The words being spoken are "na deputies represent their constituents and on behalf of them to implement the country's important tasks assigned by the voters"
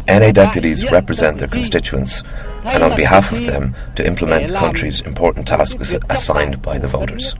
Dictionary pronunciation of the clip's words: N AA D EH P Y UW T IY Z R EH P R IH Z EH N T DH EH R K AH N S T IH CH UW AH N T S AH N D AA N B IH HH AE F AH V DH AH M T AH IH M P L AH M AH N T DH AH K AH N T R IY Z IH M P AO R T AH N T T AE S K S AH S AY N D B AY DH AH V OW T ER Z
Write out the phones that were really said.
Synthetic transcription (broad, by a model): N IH D EH P Y UW T IY Z R EH P R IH Z EH N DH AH R K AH N S T IH CH UW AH N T S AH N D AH N B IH HH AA F AH V DH AH M T AH IH M P L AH M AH N DH AH K AH N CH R IY Z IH M P AO R T N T T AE S K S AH S AY N B AY DH AH V OW T ER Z